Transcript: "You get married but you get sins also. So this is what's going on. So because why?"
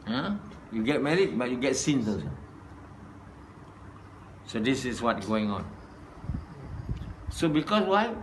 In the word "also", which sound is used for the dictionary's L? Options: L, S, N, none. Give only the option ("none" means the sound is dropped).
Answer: none